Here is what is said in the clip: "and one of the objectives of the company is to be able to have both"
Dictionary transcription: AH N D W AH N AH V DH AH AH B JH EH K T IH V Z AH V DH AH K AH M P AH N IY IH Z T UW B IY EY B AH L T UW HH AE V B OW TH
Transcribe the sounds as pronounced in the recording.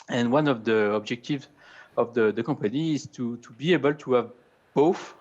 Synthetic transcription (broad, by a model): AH N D W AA N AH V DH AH AH B JH EH K T IH V Z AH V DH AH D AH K P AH N IY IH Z T UW B IY EY B AH L T UW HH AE V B OW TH